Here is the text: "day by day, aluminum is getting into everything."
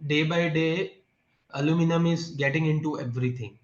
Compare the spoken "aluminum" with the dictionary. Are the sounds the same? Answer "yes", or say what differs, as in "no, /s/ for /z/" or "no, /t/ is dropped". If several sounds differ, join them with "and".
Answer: yes